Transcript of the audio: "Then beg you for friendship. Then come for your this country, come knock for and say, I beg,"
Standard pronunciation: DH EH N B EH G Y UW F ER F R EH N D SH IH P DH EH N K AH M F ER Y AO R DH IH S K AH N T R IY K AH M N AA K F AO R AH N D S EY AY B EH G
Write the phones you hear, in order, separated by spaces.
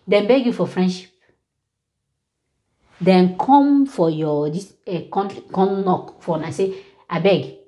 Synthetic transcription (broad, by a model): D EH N B EH G Y UW F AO F R EH N D SH IH P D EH N K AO M F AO Y AO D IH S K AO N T IY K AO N N AA K F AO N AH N S EY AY B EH G